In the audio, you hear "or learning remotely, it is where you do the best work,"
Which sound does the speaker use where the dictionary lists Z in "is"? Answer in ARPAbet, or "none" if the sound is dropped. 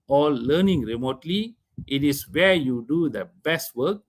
S